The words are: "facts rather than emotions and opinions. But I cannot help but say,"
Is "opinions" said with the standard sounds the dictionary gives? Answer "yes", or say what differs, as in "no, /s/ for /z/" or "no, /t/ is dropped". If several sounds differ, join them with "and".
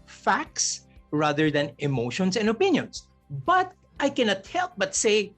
no, /s/ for /z/